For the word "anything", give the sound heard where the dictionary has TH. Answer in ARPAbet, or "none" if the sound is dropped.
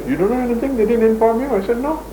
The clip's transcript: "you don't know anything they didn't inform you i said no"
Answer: T